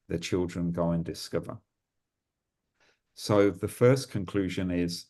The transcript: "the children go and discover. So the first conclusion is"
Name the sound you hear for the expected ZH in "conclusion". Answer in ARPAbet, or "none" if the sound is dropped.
ZH